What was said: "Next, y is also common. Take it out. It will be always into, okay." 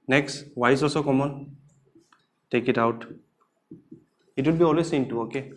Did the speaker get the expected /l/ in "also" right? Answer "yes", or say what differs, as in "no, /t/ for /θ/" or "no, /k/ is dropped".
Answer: no, /l/ is dropped